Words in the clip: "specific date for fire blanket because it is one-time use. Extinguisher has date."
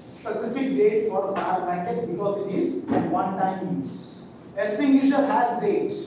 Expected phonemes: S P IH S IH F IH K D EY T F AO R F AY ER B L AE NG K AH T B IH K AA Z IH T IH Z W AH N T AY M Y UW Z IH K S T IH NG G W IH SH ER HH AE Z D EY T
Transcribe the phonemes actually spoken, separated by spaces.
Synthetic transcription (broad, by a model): S P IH S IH F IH K D EY T F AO R F AY ER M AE K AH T B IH K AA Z IH T IH Z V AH N T AY M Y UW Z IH S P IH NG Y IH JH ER HH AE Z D EY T